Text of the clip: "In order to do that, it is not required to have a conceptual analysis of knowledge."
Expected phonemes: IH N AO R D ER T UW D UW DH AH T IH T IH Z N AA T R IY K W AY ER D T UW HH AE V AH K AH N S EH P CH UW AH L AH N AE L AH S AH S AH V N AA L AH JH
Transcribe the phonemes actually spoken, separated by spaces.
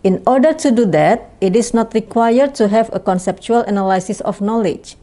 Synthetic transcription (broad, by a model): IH N AO R D ER T UW D UW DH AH T IH T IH S N AA T R IY K W AY ER D T UW HH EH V AH K AH N S EH P CH UW AH L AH N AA L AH S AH S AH F N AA L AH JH